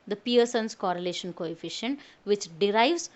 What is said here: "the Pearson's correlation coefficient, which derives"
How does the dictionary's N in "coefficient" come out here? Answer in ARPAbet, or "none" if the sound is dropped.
N